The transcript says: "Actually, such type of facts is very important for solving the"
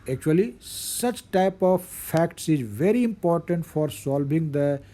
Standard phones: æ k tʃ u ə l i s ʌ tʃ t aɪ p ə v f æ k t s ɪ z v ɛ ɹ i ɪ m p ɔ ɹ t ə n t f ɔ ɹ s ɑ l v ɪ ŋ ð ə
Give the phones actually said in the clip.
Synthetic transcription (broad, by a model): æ k tʃ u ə l i s ʌ tʃ t aɪ p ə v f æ k t s ɪ z v ɛ ɹ i ɪ m p ɔ ɹ t ə n t f ɔ ɹ s ɑ l v ɪ ŋ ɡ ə